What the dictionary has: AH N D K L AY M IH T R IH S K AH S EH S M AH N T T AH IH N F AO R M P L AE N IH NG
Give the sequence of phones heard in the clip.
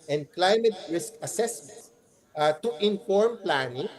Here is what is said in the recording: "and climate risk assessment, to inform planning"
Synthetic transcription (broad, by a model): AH N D K L AY M IH T R IH S K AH S EH S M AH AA T T IH N F AO R M P L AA N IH NG